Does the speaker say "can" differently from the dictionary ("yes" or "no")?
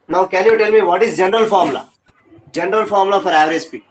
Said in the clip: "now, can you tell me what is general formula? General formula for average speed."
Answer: yes